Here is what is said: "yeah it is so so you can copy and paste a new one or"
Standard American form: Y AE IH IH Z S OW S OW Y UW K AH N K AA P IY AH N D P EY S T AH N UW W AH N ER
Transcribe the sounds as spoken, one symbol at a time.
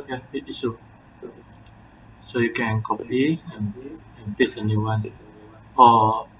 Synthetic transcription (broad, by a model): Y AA IH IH S OW S OW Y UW K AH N K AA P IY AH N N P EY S AH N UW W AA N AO